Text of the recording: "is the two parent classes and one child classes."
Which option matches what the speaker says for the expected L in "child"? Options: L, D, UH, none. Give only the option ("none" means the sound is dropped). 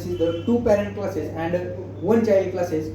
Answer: none